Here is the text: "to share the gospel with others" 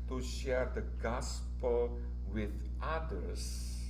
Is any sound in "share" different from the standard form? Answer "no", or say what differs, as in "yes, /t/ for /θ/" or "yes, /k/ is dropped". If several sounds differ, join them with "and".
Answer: no